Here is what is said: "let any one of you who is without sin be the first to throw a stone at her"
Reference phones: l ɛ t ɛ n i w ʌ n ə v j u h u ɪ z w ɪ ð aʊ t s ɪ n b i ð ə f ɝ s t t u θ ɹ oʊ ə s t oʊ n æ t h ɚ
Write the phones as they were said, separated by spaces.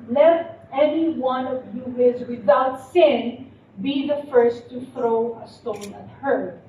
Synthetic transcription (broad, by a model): l ɛ t ɛ n i w ʌ n ə v j u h ɪ z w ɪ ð aʊ t s ɪ n b i ð ə f ɝ s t t u θ ɹ oʊ ə s t oʊ n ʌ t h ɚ